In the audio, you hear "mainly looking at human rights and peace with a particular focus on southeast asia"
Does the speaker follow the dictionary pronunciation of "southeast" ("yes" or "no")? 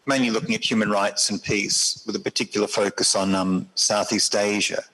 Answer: yes